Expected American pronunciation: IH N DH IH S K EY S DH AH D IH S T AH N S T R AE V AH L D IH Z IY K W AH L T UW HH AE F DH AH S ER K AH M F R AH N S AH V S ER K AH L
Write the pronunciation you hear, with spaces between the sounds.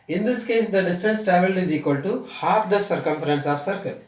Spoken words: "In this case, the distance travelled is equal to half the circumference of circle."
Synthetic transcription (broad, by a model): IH N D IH S K EY S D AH D IH S T AH N S T R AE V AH L IH Z IY K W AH L T UW HH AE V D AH S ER K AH M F R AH N S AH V S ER K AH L